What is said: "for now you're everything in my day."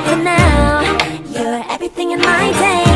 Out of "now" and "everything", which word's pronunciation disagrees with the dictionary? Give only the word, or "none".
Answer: none